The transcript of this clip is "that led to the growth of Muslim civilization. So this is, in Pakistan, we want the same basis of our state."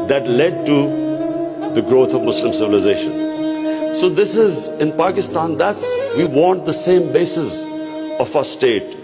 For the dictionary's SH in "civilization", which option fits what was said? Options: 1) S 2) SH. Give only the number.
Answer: 2